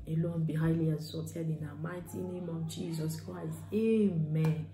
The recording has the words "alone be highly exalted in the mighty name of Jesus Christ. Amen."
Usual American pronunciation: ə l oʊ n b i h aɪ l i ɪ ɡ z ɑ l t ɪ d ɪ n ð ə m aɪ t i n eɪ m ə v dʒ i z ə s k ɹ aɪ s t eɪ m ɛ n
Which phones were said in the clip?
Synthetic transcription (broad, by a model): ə l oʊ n b i h aɪ l i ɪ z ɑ t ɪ d ɪ n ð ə m aɪ t i n eɪ m ə v dʒ i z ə s k ɹ aɪ s t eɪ m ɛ n